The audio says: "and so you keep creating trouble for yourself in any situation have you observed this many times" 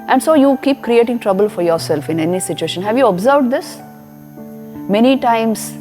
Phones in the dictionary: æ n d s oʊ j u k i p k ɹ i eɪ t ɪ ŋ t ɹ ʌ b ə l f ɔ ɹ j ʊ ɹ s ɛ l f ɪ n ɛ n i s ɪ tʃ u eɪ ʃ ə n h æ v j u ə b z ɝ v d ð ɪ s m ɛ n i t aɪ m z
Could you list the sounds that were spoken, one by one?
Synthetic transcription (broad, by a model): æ n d s oʊ j u k i p k ɹ i eɪ t ɪ ŋ t ɹ ʌ b ə l f ɔ ɹ j ʊ ɹ s ɛ l f ɪ n ɛ n i s ɪ tʃ u eɪ ʃ ə n h æ v j u ə b z ɝ v d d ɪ s m ɛ n i t aɪ m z